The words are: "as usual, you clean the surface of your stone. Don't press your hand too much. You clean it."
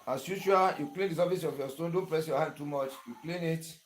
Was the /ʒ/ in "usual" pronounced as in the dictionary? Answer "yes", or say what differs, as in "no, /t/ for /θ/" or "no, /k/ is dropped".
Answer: no, /ʃ/ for /ʒ/